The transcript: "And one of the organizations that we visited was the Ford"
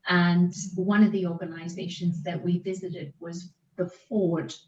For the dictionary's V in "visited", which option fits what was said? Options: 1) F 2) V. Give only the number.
2